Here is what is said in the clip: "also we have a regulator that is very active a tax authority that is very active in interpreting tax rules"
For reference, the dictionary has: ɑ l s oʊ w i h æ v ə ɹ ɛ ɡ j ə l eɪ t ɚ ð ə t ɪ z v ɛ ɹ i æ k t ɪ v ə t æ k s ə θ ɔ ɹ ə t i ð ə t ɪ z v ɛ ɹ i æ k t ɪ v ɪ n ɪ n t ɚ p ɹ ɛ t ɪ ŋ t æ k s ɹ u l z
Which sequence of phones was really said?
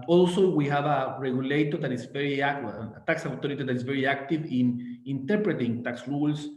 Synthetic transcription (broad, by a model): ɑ l s oʊ w i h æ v ə ɹ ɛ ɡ j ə l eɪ t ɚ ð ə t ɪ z v ɛ ɹ i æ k t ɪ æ k s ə t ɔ ɹ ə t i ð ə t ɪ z v ɛ ɹ i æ k t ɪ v ɪ n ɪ n t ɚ p ɹ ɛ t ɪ ŋ t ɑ k s ɹ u l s